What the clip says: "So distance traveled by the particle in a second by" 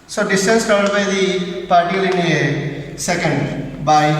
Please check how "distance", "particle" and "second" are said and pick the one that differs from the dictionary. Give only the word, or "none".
particle